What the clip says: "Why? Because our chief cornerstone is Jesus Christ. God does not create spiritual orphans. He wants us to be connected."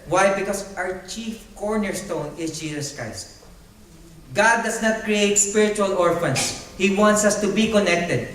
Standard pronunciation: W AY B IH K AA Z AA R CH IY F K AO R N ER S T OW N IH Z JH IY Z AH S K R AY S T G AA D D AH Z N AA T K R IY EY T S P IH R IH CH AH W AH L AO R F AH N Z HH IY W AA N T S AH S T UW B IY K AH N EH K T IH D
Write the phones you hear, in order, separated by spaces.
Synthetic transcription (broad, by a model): W AY B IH K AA S AA R CH IY F K AO R N ER S T OW N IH S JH IY S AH S K R AY S T G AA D D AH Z N AA T K R IY EY T S P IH R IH CH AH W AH L AO R F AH N S HH IY W AA N T S AH S T UW B IY K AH N EH K T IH D